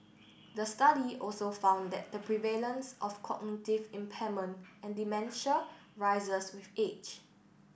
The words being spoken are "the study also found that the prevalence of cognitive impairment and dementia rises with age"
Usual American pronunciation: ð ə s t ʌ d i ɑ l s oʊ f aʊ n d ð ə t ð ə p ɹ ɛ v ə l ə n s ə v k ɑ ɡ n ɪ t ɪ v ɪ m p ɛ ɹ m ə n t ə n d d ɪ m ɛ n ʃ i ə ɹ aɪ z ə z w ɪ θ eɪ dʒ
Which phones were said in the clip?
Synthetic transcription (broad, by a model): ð ə s t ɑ d i ɑ l s oʊ f aʊ n d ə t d ə p ɹ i v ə l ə n s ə f k ɑ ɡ n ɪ t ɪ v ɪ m p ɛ m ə n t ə n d d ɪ m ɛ n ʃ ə ɹ aɪ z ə s w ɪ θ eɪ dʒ